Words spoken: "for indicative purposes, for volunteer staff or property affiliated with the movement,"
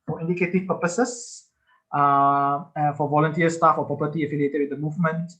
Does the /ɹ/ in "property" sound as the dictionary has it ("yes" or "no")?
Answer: no